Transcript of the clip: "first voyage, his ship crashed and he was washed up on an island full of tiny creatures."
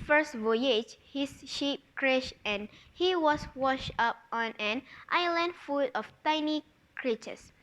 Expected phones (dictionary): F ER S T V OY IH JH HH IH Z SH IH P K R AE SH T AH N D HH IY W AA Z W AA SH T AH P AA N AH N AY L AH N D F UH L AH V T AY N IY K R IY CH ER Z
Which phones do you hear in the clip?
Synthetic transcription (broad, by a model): F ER S T V OY IH JH HH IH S SH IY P K R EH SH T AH N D HH IY W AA S W AA SH T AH P AA N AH N AY L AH N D F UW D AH F T AY N IY K R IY CH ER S